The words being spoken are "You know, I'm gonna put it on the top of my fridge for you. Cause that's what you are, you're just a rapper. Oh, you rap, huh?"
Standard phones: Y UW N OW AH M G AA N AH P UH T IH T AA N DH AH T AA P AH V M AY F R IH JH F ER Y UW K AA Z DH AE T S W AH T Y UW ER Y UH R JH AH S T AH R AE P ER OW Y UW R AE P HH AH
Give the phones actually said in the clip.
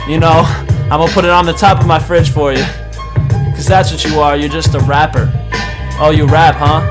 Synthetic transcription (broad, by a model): Y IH N OW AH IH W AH P UH T IH T N DH AH T AA P AH V M AY F R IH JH F ER Y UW K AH Z DH AE T S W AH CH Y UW ER Y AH R JH AH S T AH R AE P ER OW Y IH R AE P HH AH